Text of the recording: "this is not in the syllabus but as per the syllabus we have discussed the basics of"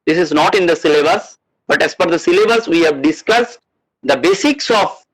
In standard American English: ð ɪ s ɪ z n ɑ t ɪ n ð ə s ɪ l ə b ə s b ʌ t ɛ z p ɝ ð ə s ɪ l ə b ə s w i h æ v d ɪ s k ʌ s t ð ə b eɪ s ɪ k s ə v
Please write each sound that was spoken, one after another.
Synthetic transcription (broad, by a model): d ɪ s ɪ z n ɑ t ɪ n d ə s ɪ l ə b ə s b ʌ t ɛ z f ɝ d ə s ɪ l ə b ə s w i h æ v d ɪ s k ʌ s t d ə b eɪ s ɪ k s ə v